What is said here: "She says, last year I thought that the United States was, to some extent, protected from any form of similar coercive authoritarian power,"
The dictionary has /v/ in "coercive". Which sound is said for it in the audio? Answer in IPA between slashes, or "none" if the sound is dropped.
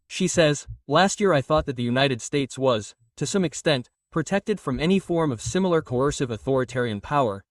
/v/